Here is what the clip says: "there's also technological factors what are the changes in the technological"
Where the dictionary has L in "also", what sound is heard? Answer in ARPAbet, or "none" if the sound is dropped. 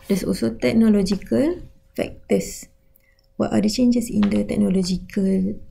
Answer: none